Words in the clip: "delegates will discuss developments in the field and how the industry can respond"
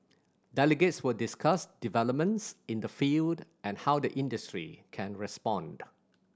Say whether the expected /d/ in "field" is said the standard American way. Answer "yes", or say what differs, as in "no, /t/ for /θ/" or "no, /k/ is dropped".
yes